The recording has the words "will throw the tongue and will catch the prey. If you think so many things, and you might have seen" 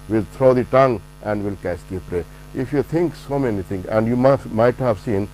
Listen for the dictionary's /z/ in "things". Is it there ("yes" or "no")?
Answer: no